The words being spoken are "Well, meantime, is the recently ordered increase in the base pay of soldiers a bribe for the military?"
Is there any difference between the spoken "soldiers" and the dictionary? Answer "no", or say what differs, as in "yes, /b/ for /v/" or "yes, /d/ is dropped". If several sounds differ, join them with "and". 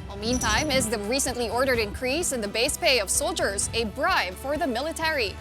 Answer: no